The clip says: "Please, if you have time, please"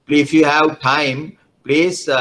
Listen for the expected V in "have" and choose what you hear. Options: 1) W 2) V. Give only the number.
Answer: 1